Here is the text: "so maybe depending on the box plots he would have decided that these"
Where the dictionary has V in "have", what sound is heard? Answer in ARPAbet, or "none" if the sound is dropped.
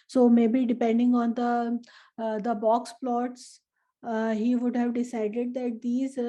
V